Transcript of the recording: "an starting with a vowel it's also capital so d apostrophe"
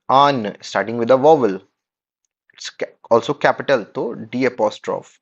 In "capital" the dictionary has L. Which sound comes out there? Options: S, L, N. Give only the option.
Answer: L